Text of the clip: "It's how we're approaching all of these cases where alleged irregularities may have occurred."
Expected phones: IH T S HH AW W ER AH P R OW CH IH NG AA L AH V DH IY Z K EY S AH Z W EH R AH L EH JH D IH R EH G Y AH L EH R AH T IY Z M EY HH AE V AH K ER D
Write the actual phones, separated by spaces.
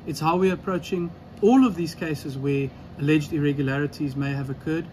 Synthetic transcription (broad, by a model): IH T S HH AW W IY AH P R OW CH IH NG AA L AH V DH IY Z K EY S AH Z W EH AH L EH JH D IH R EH G Y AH L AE R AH T IY Z M EY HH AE V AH K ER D